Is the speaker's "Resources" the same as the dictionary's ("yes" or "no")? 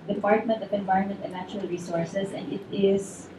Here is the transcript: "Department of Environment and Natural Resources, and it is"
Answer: no